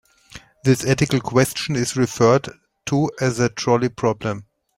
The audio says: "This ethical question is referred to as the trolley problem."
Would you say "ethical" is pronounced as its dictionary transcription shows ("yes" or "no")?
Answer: no